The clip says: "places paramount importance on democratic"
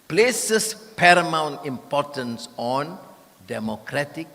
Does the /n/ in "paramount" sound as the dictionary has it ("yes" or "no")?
yes